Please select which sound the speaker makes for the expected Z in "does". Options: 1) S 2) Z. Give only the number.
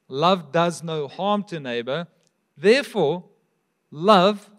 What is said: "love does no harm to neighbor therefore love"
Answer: 2